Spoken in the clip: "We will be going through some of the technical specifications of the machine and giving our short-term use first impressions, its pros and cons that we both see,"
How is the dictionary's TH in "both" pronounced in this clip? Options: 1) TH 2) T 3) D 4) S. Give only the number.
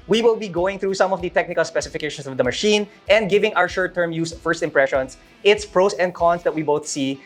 1